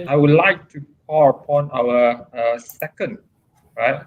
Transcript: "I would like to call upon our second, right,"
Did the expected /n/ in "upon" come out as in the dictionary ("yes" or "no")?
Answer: yes